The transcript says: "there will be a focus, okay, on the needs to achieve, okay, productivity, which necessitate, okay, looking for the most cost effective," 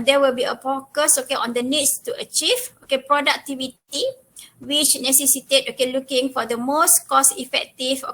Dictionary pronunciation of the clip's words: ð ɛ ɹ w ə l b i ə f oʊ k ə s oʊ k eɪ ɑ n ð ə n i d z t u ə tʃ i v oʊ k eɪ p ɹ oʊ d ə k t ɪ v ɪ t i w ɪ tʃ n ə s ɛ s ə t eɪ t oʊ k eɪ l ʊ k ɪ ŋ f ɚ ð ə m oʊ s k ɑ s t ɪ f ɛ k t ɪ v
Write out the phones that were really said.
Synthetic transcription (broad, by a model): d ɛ w ə l b i ə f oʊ k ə s oʊ k eɪ ɑ n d ə n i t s t u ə tʃ i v oʊ k eɪ p ɹ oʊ d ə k t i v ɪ t i w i tʃ n ə s ɛ s ə t eɪ t oʊ k eɪ l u k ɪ ŋ f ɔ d ə m oʊ s k ɑ s ɪ f ɛ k t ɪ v